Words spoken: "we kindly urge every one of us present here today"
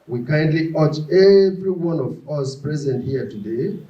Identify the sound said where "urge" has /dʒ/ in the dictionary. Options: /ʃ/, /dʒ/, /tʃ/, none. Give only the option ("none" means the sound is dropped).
/tʃ/